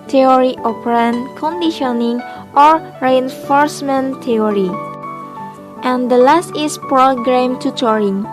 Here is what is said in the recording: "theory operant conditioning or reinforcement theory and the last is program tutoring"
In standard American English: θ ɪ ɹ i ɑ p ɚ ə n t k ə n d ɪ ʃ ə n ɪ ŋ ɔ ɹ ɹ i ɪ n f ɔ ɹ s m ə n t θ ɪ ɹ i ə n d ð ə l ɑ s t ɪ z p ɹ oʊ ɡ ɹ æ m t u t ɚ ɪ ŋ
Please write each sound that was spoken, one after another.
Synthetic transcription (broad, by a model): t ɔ ɹ i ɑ p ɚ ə n k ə n d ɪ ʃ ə n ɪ ŋ ɔ ɹ ɹ i ɪ n f ɔ ɹ s m ə n t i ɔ ɹ i ə n d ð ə l ɑ s t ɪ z p ɹ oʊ ɡ ɹ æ m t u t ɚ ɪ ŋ